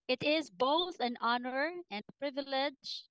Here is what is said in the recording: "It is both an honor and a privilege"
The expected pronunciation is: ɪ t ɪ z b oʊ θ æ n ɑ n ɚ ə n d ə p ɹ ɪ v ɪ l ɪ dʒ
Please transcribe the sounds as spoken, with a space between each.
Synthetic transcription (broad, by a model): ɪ t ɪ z b oʊ θ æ n ɑ n ɚ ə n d ə p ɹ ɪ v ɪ l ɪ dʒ